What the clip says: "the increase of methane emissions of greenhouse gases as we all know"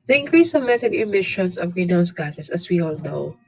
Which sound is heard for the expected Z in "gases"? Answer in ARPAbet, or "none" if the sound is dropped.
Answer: S